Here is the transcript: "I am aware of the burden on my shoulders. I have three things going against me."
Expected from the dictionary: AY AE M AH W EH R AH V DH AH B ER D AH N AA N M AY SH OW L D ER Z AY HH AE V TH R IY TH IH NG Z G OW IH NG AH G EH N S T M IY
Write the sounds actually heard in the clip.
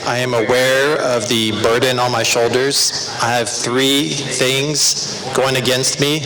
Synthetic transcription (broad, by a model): AY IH M AH W EH R AH V DH AH B ER D N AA N M AY SH OW L D ER Z AY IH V TH R IY TH IH NG Z G OW IH NG AH G EH N S T M IY